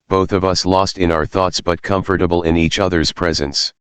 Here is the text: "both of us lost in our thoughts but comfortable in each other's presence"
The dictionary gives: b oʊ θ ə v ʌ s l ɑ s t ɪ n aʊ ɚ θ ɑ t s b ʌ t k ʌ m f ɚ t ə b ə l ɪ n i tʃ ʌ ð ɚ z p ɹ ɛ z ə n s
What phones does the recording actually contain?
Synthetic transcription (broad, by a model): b oʊ θ ə v ʌ s l ɑ s t ɪ n aʊ ɚ θ ɑ t s b ʌ t k ʌ m f ɚ t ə b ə l ɪ n i tʃ ʌ ð ɚ z p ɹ ɛ z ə n s